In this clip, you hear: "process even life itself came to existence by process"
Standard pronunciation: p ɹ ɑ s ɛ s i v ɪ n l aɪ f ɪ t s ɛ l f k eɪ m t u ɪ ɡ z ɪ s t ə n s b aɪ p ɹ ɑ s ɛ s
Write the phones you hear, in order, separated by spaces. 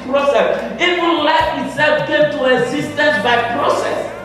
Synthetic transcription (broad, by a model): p ɹ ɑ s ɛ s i w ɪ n l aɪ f ɪ t s ɛ l f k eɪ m t u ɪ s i s t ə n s b aɪ p ɹ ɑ s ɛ s